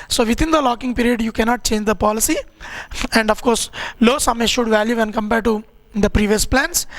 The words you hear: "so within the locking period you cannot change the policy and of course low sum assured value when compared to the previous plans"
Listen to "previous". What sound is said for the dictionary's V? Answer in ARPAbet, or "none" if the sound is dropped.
V